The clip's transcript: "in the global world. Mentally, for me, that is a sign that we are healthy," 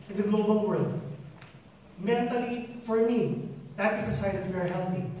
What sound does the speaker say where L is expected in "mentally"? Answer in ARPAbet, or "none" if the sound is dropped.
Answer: L